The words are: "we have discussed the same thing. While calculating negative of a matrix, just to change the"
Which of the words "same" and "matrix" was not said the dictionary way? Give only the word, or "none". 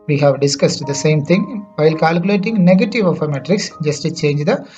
none